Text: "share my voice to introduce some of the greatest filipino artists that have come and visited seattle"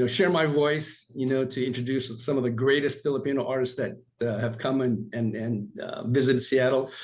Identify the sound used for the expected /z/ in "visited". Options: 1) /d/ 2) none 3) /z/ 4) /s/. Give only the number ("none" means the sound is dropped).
3